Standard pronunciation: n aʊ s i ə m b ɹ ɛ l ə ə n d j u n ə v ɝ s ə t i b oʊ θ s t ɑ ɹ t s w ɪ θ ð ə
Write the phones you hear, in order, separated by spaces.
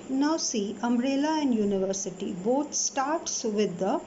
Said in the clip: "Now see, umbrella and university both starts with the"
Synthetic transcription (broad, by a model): n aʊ s i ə m ɹ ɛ l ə ə n d j u n ə v ɝ s ə t i b oʊ t s t ɑ ɹ t s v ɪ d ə